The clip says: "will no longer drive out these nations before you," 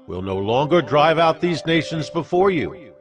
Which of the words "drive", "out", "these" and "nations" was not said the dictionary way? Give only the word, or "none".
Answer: none